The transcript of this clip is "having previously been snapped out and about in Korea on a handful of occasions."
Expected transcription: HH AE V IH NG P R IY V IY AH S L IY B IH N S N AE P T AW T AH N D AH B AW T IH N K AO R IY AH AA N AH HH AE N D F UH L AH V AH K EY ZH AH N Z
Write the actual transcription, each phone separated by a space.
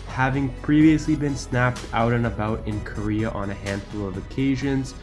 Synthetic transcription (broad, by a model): HH AE V IH NG P R IY V IY AH S L IY B IH N S N AE P T AW T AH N AH B AW T IH N K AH R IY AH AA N AH HH AE N D F UH L AH V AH K EY ZH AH N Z